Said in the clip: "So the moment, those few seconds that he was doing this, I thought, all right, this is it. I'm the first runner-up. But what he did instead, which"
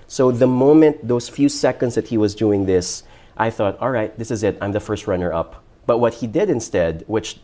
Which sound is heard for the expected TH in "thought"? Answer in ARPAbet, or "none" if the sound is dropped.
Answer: TH